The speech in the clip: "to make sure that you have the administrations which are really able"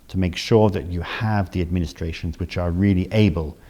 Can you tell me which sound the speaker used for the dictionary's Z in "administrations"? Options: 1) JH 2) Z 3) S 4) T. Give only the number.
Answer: 2